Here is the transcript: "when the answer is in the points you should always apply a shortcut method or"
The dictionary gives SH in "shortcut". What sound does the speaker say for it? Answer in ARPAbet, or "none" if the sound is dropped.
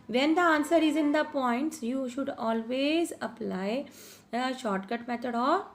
SH